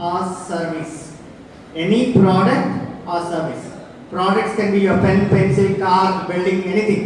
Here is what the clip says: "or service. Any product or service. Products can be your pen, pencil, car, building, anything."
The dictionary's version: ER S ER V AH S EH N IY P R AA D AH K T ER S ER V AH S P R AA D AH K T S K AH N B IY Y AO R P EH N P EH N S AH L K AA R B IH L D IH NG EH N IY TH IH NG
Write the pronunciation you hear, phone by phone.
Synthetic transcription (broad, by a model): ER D V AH S EH N IY P R AA D AH K T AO S ER V AH S P R AA D AH K T S K AH N B IY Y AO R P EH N P EH N S AH L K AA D B IH L D IH NG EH N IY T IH NG